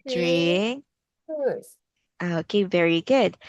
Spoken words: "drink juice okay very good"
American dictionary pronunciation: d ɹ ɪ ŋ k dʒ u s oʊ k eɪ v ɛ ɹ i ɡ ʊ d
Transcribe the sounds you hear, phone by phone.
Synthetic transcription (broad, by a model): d ɹ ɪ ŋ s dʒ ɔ oʊ k eɪ v ɛ ɹ i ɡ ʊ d